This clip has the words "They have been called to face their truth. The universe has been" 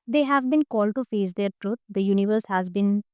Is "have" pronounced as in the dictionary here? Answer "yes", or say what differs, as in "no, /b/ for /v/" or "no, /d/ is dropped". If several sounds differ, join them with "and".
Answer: yes